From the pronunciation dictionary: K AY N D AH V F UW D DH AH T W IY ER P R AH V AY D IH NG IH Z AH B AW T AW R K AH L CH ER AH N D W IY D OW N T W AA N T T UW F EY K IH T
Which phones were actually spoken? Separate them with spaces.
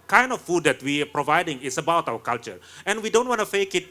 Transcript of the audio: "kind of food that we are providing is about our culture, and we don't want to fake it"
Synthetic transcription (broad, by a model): K AY N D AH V F UW D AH T W IY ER P R AH V AY D IH NG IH S AH B AW T AW W K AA L CH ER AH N W IY D OW N T W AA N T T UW F EY K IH T